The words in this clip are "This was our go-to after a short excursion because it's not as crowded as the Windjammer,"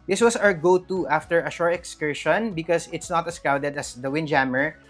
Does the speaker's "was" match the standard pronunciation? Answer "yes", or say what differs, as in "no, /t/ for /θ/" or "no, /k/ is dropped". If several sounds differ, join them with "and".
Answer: no, /s/ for /z/